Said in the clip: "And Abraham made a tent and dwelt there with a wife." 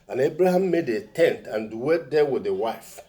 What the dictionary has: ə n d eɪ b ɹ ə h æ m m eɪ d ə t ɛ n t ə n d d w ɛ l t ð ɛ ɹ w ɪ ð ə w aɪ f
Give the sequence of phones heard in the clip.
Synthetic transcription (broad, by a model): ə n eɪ b ɹ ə h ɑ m m eɪ d ə t ɛ n t ə n d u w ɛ t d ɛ w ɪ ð ə w aɪ f